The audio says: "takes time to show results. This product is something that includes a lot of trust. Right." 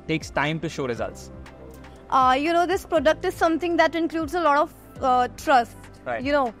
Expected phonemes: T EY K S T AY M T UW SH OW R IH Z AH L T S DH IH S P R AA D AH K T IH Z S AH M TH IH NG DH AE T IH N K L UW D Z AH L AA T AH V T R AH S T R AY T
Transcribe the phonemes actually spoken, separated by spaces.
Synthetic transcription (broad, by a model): T EY K S T AY M T UW SH OW R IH Z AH L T S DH IH S P R AA D AH K T IH Z S AH M T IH NG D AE T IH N K L UW D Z AH L AA T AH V T R AH S T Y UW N